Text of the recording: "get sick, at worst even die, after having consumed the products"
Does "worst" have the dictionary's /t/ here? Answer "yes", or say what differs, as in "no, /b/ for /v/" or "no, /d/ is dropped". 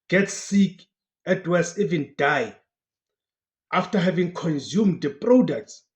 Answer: no, /t/ is dropped